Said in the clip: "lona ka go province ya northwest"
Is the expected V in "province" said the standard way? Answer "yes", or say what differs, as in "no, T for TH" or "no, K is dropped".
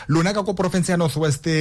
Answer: no, F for V